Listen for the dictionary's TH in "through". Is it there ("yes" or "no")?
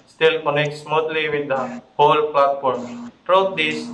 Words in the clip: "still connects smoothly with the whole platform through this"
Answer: no